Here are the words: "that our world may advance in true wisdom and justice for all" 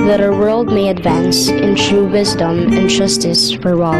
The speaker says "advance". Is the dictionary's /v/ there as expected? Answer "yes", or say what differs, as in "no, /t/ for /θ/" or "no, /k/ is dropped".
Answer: yes